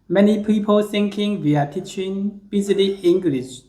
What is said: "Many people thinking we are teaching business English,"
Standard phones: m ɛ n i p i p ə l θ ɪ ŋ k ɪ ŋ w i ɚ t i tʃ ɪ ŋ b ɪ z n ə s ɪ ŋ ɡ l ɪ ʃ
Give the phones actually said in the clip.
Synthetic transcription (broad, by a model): m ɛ n i p i p ə l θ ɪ ŋ k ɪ ŋ w i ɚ t i tʃ ɪ ŋ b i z l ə ɪ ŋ ɡ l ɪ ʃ